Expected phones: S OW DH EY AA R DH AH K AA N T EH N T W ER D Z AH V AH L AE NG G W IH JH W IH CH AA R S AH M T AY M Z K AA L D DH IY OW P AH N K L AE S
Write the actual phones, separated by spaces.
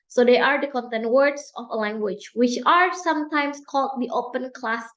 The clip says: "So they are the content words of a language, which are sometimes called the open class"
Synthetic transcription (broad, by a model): S OW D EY AA R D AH K AA N T EH N T W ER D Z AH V AH L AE NG G W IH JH W IH CH AA R S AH M T AY M S K AA L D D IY OW P AH N K L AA S